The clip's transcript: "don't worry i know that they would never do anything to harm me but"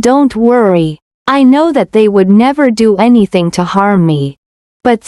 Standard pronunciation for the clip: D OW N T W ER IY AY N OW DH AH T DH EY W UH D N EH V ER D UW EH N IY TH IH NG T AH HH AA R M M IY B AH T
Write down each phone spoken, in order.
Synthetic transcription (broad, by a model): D OW N T W ER IY AY N OW DH AH T DH EY W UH D N EH V ER D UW EH N IY TH IH NG T AH HH AA R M M IY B AH T